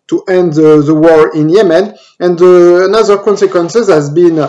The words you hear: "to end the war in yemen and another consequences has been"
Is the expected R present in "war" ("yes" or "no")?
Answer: yes